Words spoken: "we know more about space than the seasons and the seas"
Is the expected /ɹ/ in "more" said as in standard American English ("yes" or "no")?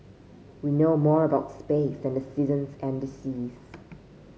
yes